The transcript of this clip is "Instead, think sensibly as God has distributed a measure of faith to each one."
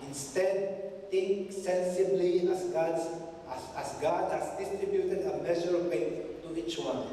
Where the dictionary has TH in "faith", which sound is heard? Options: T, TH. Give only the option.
T